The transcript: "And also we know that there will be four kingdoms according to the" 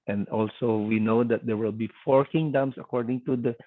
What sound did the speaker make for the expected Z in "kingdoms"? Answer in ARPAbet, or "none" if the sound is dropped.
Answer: S